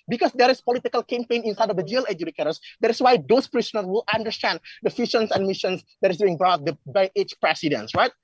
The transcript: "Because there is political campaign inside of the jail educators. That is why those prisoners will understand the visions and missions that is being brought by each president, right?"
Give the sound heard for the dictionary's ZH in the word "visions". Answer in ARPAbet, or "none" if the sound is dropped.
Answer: SH